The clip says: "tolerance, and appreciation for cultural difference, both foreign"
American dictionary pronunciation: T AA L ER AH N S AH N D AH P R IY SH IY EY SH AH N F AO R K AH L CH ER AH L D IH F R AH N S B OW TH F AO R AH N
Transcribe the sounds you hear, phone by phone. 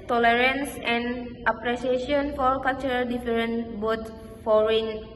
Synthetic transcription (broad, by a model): T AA L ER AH N S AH N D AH P R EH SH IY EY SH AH N F AO R K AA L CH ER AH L D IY F R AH N B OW T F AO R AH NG